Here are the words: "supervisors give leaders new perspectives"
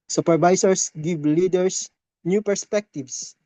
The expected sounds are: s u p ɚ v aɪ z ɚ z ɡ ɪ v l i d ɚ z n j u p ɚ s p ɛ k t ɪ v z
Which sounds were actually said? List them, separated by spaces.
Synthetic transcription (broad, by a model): s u p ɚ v aɪ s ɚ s ɡ ɪ v l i d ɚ s n j u p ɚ s p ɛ k t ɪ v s